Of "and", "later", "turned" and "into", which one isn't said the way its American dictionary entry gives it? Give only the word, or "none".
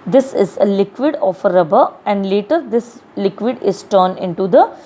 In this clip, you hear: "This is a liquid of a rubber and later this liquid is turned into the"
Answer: turned